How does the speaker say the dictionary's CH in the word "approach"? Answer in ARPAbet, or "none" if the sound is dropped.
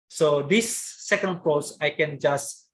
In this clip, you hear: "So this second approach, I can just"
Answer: S